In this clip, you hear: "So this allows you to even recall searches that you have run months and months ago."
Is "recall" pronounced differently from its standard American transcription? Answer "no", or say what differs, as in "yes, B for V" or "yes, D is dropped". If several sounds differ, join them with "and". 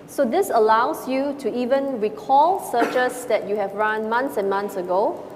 no